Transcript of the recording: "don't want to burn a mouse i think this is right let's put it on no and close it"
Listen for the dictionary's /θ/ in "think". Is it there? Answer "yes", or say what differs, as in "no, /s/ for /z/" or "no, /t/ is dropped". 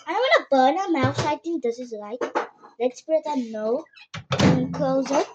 no, /t/ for /θ/